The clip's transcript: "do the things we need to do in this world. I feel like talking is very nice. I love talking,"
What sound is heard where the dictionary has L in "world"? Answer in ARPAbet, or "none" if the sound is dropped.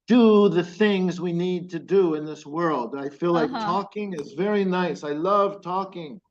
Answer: L